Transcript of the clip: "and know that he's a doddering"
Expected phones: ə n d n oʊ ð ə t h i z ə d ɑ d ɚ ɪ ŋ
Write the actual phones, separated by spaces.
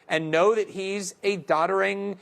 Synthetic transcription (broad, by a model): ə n n oʊ ð ə t h i z ə d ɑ d ɚ ɪ ŋ